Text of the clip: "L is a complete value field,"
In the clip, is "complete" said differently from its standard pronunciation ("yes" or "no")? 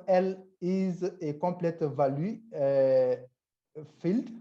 yes